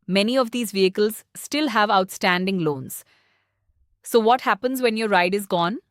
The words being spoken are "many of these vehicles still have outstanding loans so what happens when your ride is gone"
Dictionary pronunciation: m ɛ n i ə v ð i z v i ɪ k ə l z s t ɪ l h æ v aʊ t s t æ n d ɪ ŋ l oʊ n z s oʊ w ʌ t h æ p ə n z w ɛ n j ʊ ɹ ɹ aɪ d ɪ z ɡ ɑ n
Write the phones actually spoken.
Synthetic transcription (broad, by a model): m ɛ n i ə v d i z v i ɪ k ə l z s t ɪ l h æ v aʊ t s t æ n d ɪ ŋ l oʊ n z s oʊ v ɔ t h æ p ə n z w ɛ n j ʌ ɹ ɹ aɪ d ɪ z ɡ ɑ n